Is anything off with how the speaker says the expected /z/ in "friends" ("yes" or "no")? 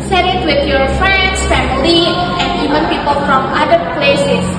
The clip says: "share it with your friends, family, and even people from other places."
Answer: yes